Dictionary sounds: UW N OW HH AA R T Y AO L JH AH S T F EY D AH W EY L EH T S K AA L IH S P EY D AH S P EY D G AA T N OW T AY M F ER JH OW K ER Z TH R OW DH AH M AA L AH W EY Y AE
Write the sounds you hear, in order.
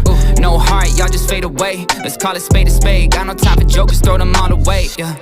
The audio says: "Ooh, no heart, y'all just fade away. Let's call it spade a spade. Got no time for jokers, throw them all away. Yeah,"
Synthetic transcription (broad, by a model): N OW HH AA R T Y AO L JH AH S T F EY D AH W EY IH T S K AA L IH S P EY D AH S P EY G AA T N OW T AY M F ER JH OW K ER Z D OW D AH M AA N AH W EY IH